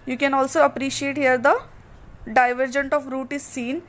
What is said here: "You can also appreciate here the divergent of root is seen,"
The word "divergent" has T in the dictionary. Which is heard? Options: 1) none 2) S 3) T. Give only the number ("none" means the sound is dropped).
3